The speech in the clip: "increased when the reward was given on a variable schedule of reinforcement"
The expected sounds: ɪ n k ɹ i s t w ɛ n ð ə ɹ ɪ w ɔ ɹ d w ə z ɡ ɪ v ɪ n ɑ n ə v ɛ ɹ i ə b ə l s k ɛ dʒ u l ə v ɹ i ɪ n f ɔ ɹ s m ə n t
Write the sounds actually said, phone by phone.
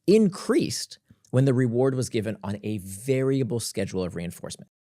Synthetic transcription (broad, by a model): ɪ n k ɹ i s t w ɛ n ð ə ɹ ɪ w ɔ ɹ d w ə z ɡ ɪ v ɪ n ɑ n ə v ɛ ɹ i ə b l s k ɛ dʒ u l ə v ɹ i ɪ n f ɔ ɹ s m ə n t